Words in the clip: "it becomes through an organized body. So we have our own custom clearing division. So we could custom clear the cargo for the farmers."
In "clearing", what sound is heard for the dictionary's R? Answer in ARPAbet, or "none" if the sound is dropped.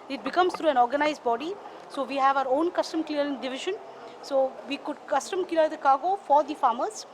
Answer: none